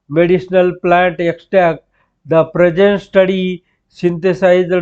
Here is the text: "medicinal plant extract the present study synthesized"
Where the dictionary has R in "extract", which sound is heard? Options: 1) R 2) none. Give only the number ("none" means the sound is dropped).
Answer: 2